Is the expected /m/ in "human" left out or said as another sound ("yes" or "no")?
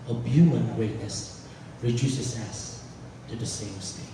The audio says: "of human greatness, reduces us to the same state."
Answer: yes